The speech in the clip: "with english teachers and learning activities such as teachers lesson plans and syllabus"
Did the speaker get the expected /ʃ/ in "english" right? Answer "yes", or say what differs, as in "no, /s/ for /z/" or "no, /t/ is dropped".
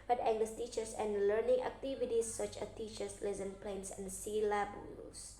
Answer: no, /s/ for /ʃ/